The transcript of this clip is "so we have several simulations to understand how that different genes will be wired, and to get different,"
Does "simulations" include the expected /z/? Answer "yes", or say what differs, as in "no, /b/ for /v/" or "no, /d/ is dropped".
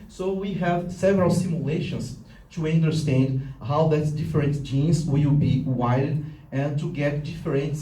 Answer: no, /s/ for /z/